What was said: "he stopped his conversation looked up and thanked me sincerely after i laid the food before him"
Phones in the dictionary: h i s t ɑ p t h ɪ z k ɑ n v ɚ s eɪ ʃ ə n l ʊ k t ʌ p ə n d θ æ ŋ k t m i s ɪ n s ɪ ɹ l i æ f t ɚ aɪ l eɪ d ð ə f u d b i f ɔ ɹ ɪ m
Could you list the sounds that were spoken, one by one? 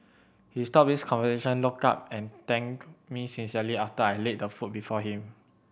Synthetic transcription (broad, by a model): h i s t ɑ p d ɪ s k ɑ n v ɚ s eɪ ʃ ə n l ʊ k ɑ p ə n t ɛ ŋ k m i s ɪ n s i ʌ l i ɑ f t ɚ aɪ l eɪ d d ə f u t b i f ɔ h ɪ m